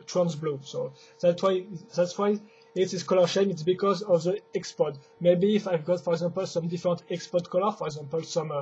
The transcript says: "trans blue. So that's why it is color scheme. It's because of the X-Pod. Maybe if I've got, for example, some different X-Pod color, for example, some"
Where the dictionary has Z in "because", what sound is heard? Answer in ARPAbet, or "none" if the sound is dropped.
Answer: Z